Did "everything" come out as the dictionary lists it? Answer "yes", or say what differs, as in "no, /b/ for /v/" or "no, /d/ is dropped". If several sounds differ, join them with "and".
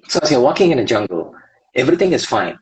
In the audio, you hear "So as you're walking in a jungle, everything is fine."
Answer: yes